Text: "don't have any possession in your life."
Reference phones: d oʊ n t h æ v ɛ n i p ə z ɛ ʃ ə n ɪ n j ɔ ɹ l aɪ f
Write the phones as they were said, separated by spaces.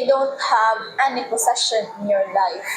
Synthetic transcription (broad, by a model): d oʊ n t h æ v ɛ n i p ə s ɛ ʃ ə n ɪ n j ɔ ɹ l aɪ f